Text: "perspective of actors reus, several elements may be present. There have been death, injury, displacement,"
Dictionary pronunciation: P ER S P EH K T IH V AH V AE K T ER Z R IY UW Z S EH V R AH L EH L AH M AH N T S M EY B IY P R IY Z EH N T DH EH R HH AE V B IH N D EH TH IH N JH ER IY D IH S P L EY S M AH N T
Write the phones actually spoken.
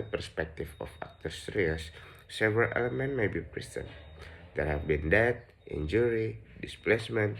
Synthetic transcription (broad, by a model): P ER S P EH K T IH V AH F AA K T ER S R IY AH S S EH V R AH L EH L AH M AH N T M EY B IY P R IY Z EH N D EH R HH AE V B IH N D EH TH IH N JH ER IY D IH S P L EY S M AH N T